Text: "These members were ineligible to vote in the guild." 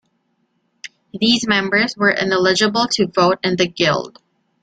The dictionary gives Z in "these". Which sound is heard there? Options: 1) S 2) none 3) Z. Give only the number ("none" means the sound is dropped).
3